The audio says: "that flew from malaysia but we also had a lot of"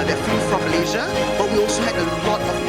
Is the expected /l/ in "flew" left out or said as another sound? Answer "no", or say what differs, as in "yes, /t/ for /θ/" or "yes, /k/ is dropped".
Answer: yes, /l/ is dropped